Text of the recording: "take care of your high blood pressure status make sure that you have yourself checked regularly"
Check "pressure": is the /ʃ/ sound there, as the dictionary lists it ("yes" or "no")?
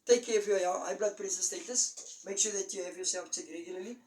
no